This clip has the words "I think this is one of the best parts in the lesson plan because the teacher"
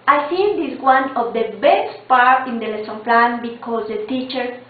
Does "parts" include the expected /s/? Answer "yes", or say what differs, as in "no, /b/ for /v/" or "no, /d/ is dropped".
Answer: no, /s/ is dropped